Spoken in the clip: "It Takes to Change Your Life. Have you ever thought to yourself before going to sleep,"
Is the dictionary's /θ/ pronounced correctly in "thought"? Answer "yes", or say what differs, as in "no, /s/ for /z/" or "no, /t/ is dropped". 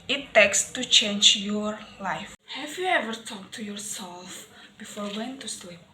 no, /t/ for /θ/